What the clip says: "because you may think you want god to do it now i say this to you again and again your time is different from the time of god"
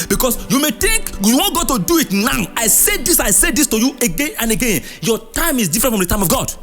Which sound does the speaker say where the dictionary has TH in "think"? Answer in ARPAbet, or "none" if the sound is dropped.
T